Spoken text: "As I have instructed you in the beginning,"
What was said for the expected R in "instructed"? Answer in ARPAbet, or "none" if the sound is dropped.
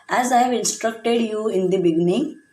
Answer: R